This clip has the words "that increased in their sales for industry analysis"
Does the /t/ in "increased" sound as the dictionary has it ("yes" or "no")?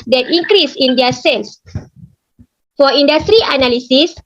no